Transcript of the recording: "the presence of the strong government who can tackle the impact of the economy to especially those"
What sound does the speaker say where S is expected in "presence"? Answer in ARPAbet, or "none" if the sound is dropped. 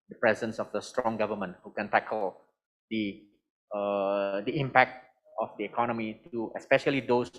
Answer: S